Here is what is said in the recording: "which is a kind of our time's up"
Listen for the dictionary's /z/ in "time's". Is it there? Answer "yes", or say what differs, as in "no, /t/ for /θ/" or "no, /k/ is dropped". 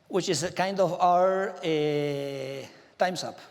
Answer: no, /s/ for /z/